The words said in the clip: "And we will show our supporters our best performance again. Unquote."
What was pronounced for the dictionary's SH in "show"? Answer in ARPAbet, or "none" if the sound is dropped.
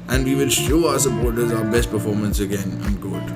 SH